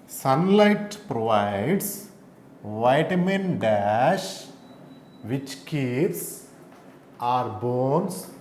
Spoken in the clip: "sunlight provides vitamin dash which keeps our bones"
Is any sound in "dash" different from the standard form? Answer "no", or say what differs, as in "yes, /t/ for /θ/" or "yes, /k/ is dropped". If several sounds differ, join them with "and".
no